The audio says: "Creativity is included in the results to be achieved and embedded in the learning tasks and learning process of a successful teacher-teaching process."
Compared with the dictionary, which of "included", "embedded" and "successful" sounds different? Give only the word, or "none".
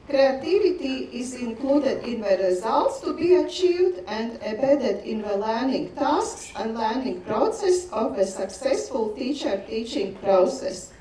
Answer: embedded